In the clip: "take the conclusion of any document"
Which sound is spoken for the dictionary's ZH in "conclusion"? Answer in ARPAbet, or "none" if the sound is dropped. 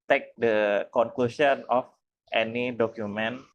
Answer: S